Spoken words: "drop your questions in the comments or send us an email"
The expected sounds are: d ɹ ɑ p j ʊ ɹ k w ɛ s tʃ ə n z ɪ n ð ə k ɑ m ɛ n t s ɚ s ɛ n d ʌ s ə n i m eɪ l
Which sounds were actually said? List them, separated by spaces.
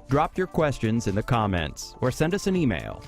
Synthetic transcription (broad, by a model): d ɹ ɑ p j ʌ ɹ k w ɛ s tʃ ə n z ɪ n ð ə k ɑ m ɛ n t s ɚ s ɛ n d ʌ s ə n i m eɪ l